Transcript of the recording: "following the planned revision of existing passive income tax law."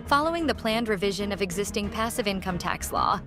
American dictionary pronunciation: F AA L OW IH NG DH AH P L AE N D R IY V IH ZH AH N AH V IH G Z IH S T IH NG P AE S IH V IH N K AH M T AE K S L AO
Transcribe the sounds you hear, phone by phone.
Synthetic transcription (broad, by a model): F AA L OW IH NG DH AH P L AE N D R IY V IH ZH AH N AH V IH G Z IH S T IH NG P AE S IH V IH N K AH M T AE K S L AO